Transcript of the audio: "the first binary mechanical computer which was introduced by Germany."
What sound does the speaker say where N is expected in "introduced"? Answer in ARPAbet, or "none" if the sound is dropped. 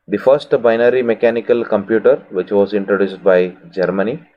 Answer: N